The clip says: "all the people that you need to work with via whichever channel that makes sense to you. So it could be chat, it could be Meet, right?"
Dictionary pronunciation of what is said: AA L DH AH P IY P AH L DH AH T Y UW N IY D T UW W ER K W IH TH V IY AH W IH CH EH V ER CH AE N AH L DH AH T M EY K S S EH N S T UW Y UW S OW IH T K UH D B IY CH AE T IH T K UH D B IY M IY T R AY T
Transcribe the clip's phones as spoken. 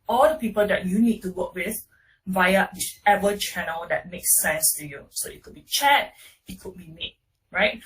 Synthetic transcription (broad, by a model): AA L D AH P IY P AH L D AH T Y UW N IY D T UW W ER K W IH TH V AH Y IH EH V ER CH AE N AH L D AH T M EY K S S EH N S T UW Y UW S OW IH T K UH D B IY CH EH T IH T K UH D B IY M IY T R AY T